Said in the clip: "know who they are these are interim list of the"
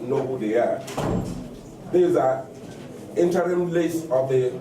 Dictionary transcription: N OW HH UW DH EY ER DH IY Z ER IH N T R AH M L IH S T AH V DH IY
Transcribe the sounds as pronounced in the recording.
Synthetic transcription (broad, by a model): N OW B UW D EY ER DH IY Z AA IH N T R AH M L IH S AH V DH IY